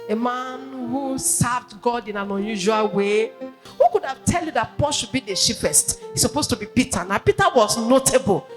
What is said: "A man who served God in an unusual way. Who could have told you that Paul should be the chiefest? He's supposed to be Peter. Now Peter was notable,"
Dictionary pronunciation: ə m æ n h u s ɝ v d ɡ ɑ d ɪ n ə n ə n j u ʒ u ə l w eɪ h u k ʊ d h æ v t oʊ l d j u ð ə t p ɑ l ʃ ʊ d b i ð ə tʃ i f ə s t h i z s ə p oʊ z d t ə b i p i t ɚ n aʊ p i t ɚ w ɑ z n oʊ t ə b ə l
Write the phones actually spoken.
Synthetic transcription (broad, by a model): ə m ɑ n h u s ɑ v d ɡ ɑ d ɪ n ə n ə n j u ʒ u ə l w eɪ h u k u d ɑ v t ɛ l j u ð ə t p ɑ l ʃ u d b i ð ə ʃ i p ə s t h i s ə p oʊ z t ə b i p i t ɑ n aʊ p i t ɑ w ɑ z n oʊ t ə b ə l